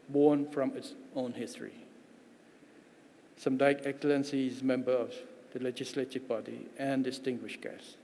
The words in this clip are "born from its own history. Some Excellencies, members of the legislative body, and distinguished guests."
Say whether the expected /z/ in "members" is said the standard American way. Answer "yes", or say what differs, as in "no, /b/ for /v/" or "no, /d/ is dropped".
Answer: no, /z/ is dropped